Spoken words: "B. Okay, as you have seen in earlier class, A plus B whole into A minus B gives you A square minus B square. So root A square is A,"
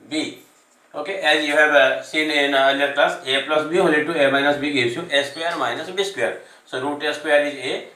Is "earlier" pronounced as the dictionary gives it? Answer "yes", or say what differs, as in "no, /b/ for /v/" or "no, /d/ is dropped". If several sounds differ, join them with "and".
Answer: no, /n/ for /l/